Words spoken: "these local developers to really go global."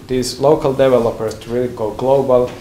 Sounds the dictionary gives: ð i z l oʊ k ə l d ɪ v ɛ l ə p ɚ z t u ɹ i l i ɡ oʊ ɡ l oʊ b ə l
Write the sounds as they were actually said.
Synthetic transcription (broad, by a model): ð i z l oʊ k ə l d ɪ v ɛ l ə p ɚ s t u ɹ i l i ɡ oʊ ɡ l oʊ b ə l